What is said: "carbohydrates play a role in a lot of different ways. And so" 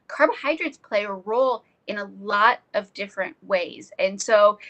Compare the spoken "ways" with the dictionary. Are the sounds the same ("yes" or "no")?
yes